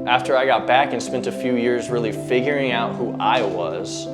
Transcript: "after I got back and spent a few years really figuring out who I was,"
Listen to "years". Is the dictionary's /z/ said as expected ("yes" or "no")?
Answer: yes